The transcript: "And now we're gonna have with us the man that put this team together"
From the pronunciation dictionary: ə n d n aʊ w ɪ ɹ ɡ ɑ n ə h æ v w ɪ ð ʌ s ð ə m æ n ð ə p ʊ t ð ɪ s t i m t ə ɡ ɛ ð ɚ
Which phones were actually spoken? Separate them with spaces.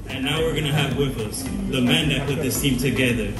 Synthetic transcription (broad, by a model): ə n n aʊ w ɪ ɹ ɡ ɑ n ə h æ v w ɪ ð ʌ s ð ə m æ n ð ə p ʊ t ð ɪ s t i m t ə ɡ ɛ ð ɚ